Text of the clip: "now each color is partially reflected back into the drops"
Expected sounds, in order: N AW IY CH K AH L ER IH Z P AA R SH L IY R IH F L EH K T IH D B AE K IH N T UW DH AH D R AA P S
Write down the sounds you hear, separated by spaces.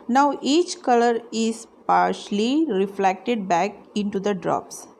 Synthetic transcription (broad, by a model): N AW IY CH K AH L ER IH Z P AA R SH L IY R IH F L EH K T IH D B AE K IH N T UW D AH D R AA P S